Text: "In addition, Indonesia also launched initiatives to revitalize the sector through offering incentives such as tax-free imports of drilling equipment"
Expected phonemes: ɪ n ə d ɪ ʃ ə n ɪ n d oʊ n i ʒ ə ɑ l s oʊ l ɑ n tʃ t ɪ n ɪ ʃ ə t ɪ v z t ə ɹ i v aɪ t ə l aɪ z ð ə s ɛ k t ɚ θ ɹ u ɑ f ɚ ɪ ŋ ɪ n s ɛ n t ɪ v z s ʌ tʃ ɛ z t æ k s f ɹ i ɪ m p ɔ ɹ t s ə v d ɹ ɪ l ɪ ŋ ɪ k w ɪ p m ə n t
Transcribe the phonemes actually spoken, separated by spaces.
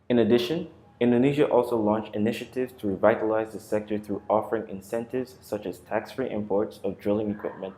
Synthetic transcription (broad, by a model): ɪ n ə d ɪ ʃ ə n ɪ n d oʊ n i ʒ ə ɑ l s oʊ l ɑ n tʃ t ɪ n ɪ ʃ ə t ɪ v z t ə ɹ i v aɪ t ə l aɪ z ð ə s ɛ k t ɚ θ ɹ u ɑ f ɚ ɪ ŋ ɪ n s ɛ n t ɪ v z s ʌ tʃ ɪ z t æ k s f ɹ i ɪ m p ɔ ɹ t s ə v d ɹ ɪ l ɪ ŋ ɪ k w ɪ p m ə n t